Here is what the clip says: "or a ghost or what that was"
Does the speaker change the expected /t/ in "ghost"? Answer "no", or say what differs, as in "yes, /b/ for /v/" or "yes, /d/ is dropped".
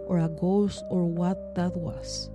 yes, /t/ is dropped